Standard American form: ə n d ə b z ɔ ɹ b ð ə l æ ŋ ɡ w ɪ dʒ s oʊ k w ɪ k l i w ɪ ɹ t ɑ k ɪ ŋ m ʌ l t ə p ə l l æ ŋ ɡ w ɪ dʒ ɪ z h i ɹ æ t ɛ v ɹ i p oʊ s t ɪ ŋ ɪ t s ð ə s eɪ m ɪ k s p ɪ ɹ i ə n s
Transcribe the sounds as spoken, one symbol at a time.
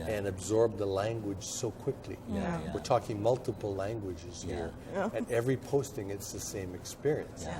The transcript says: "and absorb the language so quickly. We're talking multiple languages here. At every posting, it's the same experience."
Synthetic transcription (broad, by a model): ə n ə b z ɔ ɹ b ð ə l æ ŋ ɡ w ɪ dʒ s oʊ k w ɪ k l i w ɪ ɹ t ɑ k ɪ ŋ m ʌ l t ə p l l æ ŋ ɡ w ɪ dʒ ɪ z h i ɹ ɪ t ɛ v ɹ i p oʊ s t ɪ ŋ ɪ t s ð ə s eɪ m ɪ k s p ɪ ɹ i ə n s